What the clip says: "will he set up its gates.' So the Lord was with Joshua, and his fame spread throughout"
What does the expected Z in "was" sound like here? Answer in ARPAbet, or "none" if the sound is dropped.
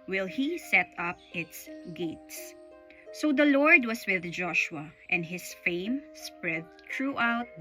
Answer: S